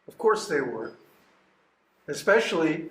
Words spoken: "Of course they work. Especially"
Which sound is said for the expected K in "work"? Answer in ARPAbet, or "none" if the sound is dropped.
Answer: none